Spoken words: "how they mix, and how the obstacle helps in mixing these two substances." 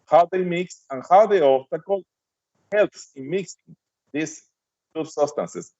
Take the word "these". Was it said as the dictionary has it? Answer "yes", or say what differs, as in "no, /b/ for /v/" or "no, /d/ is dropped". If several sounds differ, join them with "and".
no, /s/ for /z/